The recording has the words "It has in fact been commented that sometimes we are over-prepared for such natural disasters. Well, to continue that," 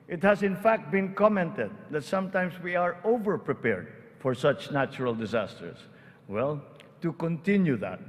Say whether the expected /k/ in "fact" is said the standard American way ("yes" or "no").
yes